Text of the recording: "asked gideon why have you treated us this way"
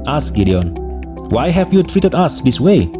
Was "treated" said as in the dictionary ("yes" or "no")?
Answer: yes